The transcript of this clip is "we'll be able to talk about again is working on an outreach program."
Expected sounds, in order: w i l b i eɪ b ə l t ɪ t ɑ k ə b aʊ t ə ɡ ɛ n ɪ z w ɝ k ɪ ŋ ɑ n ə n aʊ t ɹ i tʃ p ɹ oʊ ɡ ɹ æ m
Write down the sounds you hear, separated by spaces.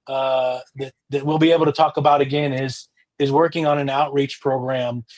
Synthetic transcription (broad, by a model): w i l b i eɪ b l t ɪ t ɑ k ə b aʊ t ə ɡ ɛ n ɪ z w ɝ k ɪ ŋ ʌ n ə n aʊ t ɹ i tʃ p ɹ oʊ ɡ ɹ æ m